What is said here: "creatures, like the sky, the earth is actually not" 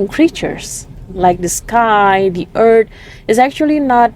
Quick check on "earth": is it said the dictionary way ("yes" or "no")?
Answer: no